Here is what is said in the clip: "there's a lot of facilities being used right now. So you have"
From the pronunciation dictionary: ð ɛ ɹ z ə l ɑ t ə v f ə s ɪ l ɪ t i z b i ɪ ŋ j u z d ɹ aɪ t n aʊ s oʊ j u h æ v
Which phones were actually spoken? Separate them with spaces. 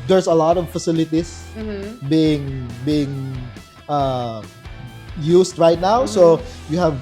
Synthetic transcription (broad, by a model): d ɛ ɹ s ə l ɑ t ə v f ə s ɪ l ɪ t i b b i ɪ ŋ j u s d ɹ aɪ t n aʊ s oʊ j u h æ v